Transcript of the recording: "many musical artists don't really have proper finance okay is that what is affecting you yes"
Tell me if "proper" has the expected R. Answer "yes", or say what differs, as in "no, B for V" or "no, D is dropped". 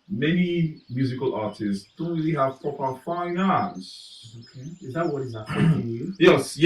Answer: no, R is dropped